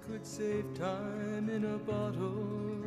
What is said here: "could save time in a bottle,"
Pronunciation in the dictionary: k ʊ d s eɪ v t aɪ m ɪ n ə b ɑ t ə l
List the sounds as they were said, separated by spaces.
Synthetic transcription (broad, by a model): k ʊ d s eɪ p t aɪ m ɪ n ə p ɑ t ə